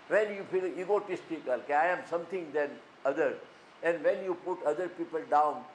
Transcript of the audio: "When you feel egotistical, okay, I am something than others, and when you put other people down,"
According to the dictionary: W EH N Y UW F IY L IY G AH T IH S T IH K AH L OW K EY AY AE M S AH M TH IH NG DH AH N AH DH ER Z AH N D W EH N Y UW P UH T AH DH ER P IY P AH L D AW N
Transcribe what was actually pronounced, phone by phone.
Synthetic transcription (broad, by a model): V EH N Y UW F IY L IY G AH T IH S T IH K AH L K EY AY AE M S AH M T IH NG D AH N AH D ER AH N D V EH N Y UW P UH T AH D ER P IY P AH L D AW N